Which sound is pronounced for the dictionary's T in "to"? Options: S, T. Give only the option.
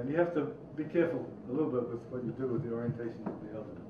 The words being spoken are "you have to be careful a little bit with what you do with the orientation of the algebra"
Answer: T